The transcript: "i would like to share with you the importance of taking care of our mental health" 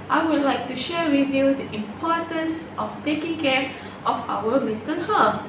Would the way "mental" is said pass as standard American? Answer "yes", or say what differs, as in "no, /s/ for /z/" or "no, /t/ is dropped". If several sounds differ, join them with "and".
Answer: no, /n/ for /l/